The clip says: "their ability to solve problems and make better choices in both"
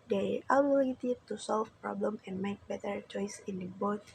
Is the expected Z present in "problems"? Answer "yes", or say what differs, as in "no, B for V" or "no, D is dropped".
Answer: no, Z is dropped